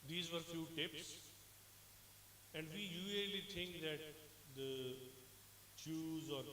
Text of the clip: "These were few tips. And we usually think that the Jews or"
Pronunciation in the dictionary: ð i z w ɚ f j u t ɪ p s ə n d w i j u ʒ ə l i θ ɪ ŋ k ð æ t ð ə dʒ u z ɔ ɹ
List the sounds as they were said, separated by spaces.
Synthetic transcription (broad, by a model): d i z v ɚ f j u t ɪ p s ə n d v i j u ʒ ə l i t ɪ ŋ k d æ t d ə tʃ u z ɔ ɹ